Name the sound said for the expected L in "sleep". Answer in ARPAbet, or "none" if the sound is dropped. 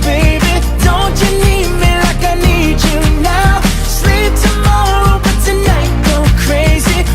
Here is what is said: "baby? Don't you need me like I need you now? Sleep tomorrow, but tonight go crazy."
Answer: L